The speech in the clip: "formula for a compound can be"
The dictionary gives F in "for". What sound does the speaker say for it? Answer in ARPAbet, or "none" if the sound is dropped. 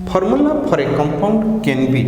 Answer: P